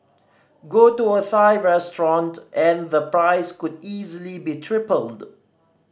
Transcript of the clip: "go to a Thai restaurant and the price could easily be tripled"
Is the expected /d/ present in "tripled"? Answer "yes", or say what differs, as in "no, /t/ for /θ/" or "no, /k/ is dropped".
yes